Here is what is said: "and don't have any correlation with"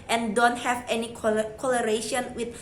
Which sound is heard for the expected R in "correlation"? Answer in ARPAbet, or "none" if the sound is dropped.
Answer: L